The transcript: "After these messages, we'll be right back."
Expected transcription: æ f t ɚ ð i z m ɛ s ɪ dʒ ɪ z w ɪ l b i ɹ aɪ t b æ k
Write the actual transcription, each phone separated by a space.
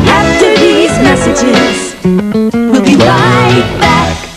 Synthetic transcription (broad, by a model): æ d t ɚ ð i z m ɛ s ɪ dʒ ɪ z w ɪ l b i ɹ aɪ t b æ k